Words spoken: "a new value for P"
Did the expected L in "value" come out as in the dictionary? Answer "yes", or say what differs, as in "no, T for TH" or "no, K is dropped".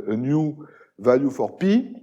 no, L is dropped